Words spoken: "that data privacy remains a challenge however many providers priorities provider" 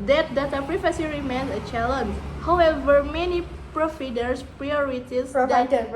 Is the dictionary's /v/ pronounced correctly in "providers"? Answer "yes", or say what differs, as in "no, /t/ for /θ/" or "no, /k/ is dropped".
no, /f/ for /v/